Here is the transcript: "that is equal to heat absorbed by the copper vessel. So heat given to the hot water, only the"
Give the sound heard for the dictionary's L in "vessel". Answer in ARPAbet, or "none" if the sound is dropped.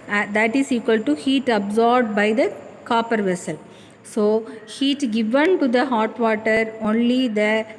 L